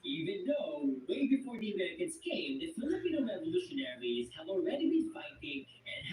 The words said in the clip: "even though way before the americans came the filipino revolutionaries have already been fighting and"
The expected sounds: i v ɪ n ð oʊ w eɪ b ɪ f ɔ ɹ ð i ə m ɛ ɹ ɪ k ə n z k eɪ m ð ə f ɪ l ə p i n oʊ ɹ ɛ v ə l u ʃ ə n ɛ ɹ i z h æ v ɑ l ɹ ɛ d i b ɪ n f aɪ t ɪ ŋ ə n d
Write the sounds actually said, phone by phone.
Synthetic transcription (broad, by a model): i v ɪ n ð oʊ w eɪ b ɪ f ɔ ɹ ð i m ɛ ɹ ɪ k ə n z k eɪ m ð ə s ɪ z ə i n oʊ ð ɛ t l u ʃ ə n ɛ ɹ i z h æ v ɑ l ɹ ɛ d i b ɪ n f aɪ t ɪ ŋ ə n